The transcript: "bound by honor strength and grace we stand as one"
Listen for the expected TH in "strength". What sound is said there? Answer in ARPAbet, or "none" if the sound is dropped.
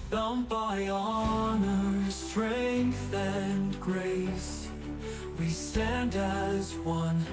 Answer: TH